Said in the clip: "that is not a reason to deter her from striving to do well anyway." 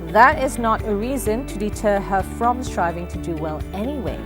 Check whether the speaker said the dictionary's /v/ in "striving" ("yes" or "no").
yes